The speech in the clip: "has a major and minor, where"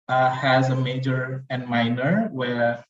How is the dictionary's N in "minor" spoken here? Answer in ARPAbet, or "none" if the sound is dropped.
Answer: N